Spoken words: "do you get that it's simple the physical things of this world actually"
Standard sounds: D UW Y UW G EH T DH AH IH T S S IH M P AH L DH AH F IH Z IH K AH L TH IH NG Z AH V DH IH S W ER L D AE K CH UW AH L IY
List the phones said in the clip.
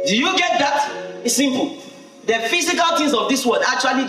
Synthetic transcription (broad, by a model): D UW Y UW G EH T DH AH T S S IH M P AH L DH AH F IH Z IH K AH L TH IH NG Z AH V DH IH S W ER D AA K CH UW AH L IY